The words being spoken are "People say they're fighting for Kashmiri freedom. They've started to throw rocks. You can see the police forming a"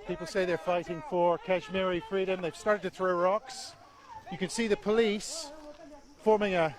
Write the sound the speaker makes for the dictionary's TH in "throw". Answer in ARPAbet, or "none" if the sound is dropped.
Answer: TH